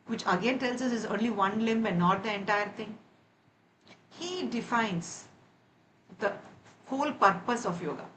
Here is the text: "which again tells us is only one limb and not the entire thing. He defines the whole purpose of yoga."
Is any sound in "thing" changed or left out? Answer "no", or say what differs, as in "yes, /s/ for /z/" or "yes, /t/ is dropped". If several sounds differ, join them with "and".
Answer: yes, /t/ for /θ/